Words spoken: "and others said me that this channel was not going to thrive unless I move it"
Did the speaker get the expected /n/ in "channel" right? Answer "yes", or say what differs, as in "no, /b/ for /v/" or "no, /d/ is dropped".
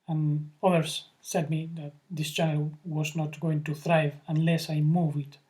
no, /n/ is dropped